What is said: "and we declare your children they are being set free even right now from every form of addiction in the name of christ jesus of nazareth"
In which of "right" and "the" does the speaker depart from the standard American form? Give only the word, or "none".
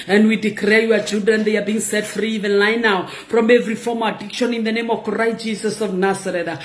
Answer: right